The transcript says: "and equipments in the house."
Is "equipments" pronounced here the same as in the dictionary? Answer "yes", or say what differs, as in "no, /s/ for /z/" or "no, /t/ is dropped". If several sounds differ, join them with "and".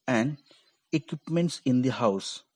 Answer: yes